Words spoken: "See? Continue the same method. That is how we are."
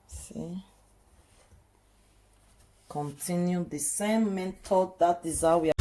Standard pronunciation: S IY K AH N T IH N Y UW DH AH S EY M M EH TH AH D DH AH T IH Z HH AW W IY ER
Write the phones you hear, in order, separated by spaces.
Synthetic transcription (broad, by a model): S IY K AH N T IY N Y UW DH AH S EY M M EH T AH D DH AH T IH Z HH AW W IY